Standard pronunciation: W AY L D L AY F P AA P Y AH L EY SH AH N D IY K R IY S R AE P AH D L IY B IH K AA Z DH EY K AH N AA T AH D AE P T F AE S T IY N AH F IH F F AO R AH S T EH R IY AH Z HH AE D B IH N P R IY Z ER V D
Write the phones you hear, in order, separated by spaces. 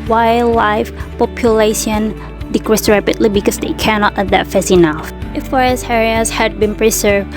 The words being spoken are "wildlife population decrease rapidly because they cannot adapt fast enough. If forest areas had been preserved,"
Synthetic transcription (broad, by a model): W AY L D L AY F P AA P Y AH L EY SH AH N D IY K R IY S R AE P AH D L IY B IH K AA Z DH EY K AH N AA T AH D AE T F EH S IY N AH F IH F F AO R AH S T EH R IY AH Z HH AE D B IH N P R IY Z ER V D